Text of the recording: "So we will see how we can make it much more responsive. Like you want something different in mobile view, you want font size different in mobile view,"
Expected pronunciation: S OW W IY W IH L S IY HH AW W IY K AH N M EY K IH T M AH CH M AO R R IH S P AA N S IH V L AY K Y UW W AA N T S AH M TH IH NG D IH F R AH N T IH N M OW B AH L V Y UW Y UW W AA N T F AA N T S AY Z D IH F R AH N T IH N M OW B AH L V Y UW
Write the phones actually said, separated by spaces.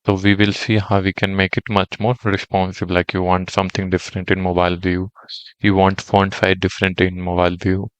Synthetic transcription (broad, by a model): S OW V IY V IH L S IY HH AW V IY K AH N M EY K IH T M AH CH M AO R R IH S P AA N S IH B L AY K Y UW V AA N T S AH M T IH NG D IH F R AH N T IH N M OW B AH L V Y UW Y UW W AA N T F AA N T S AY D IH F R AH N T IH N M OW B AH L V Y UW